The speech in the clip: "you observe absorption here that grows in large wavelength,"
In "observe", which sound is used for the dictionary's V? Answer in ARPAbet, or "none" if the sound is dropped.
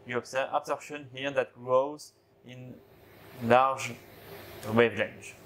none